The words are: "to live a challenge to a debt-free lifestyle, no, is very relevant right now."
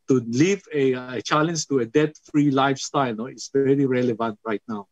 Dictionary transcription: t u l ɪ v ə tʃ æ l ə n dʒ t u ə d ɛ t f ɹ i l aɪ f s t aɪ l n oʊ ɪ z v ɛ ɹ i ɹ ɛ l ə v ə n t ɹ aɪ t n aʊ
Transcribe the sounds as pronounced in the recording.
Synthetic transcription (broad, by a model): t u l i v ə tʃ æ l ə n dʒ t u ə d ɛ t f ɹ i l aɪ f s t aɪ l n oʊ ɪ s v ɛ ɹ i ɹ ɛ l ə v ə n t ɹ aɪ t n aʊ